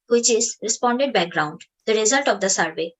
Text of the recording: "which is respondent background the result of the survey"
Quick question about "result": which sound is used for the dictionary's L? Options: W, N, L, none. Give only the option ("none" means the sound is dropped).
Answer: L